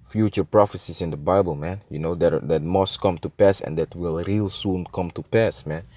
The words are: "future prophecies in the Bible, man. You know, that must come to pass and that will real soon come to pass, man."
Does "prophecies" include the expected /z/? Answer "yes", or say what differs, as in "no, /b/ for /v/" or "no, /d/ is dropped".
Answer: no, /s/ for /z/